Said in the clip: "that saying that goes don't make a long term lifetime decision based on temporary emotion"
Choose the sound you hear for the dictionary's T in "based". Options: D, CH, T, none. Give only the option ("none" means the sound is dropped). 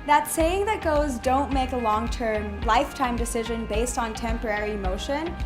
T